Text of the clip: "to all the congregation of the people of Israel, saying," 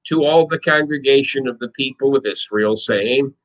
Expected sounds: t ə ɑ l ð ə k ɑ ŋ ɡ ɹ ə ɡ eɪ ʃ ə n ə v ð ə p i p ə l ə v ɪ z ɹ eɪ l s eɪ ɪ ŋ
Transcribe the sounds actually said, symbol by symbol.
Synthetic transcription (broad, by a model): t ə ɑ l ð ə k ɑ ŋ ɡ ɹ ə ɡ eɪ ʃ ə n ə v ð ə p i p l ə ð ɪ s ɹ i l s eɪ ɪ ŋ